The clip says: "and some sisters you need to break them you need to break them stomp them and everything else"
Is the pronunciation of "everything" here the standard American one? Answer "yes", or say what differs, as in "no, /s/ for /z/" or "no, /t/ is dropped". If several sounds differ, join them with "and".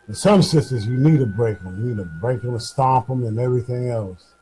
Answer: yes